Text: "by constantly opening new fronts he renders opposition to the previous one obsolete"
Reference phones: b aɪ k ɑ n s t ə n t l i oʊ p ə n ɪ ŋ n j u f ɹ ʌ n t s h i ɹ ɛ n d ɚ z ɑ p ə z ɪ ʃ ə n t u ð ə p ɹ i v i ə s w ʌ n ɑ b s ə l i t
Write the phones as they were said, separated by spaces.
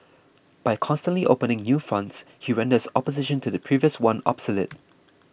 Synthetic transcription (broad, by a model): b aɪ k ɑ n s t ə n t l i oʊ p ə n ɪ ŋ n j u f ɹ ʌ n t s h i ɹ ɛ n d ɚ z ɑ p ə z ɪ ʃ ə n t u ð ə p ɹ i v i ə s w ʌ n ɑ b s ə l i t